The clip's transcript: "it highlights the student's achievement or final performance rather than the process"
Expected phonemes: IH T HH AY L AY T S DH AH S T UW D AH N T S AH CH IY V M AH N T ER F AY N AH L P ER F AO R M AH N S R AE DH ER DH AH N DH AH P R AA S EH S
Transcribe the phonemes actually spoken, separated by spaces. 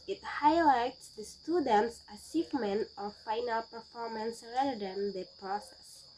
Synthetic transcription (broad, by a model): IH T HH AY L AY T S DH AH S T UW D AH N T S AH S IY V M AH N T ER F AY N AH L P ER F AO R M AH N S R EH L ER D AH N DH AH P R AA S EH S